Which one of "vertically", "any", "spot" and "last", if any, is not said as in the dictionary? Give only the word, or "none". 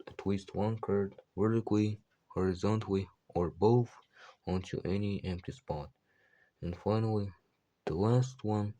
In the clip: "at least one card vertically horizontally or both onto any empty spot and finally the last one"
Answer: vertically